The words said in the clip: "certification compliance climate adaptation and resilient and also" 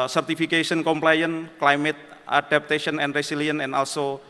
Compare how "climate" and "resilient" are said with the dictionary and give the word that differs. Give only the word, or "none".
resilient